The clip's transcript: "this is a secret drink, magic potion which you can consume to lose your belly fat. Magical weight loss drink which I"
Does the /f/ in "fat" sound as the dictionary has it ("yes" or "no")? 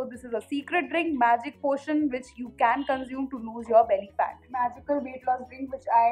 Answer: no